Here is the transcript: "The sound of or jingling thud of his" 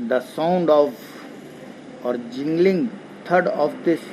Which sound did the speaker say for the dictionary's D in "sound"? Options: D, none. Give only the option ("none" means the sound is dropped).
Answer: D